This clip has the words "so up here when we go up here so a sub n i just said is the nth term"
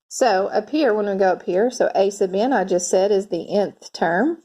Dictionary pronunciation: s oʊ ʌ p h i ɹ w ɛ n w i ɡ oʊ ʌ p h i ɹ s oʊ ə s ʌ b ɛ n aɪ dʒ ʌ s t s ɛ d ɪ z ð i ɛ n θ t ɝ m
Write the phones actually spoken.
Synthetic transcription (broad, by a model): s oʊ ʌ p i ɹ w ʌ n w i ɡ oʊ ʌ p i ɹ s oʊ ə s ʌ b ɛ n aɪ dʒ ʌ s t s ɛ d ɪ z ð i ɛ n θ t ɝ m